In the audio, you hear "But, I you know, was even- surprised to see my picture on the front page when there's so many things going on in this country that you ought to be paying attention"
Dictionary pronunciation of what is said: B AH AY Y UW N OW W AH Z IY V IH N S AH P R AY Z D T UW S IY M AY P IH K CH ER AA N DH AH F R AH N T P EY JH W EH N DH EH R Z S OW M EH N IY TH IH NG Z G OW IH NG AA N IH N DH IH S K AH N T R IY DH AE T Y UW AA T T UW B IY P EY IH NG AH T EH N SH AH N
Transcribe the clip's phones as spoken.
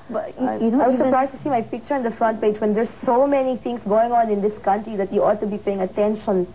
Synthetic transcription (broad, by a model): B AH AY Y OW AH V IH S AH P R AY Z T UW S IY M AY P IH K CH ER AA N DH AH F R AH N T P EY JH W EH N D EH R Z S OW M EH N IY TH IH NG S G OW IH NG AA N IH N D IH S K AH N T R IY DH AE T Y UW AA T T UW B IY P EY IH NG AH T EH N SH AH N